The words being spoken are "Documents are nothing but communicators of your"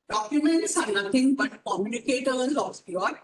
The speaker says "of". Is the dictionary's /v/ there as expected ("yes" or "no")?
no